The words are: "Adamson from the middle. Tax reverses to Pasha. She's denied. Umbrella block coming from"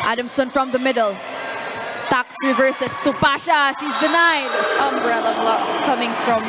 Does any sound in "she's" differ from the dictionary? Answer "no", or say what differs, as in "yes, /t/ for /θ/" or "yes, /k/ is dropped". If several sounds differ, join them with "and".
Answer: no